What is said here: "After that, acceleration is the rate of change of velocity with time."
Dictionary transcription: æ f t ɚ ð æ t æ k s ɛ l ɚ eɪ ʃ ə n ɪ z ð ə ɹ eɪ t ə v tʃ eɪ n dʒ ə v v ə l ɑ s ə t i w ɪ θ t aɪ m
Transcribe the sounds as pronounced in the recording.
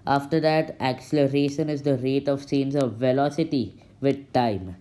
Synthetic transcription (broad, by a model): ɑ f t ɚ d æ t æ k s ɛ l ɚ eɪ ʃ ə n ɪ z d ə ɹ eɪ t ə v s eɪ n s ə v v ə l ɑ s ə t i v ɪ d t aɪ m